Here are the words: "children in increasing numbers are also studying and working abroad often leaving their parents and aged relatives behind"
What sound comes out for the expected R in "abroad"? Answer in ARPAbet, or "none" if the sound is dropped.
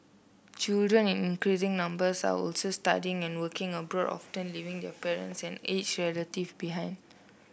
R